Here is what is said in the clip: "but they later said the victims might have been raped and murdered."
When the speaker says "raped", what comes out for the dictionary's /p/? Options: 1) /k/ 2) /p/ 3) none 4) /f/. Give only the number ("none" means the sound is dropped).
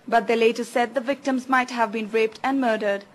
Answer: 2